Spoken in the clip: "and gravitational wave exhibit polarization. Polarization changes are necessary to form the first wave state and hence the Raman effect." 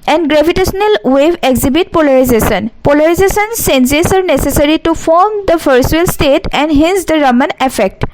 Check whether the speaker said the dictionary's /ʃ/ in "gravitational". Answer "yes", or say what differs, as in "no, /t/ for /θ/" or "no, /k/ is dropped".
no, /s/ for /ʃ/